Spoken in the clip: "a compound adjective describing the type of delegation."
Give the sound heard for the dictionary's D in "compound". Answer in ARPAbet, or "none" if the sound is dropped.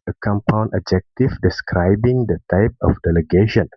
none